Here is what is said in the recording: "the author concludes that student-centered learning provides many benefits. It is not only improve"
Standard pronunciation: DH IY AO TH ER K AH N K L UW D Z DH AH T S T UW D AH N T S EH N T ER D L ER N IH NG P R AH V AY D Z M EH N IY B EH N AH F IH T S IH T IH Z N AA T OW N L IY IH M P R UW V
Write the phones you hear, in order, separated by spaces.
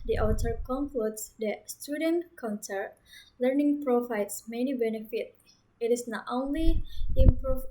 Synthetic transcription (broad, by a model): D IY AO T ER K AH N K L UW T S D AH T S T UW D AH N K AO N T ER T L ER N IH NG P R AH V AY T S M EH N IY B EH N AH F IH T IH T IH S N AA T OW N L IY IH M P R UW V